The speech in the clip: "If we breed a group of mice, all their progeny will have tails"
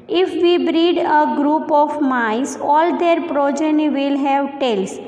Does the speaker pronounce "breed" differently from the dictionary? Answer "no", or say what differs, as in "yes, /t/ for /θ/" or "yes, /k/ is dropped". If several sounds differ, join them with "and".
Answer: no